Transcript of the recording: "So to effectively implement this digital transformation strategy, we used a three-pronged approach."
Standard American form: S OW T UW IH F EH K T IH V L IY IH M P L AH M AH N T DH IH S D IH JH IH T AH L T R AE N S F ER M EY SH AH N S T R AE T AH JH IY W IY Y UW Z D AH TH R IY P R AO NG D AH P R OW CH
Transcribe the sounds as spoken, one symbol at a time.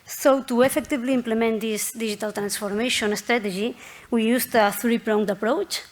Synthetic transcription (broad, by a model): S OW T UW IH F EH K T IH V L IY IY M P L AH M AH N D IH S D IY ZH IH T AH L T R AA N S F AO M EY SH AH N S T R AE T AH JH IY W IY Y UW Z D AH TH R IY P R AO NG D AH P R OW CH